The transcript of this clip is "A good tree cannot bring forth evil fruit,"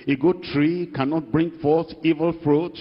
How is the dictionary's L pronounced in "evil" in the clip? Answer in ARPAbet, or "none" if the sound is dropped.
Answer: L